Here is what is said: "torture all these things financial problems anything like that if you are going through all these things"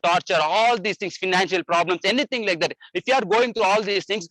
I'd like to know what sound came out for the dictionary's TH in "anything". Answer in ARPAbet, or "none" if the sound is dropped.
T